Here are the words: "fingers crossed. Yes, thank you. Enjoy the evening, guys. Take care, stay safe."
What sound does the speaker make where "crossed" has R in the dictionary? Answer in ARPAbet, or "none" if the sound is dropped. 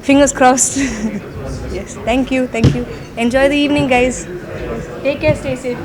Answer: R